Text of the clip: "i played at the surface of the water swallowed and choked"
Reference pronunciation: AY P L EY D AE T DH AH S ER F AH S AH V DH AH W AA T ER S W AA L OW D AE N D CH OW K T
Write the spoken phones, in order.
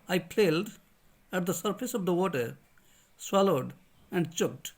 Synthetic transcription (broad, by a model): AY P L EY D AE T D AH S ER F AH S AH V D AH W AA T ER S W AA L OW D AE N D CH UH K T